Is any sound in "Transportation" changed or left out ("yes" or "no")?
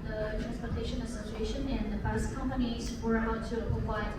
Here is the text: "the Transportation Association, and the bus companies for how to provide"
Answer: no